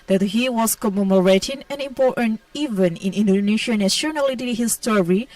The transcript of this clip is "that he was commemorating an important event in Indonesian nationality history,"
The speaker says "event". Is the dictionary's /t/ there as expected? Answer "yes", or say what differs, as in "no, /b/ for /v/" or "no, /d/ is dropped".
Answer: no, /t/ is dropped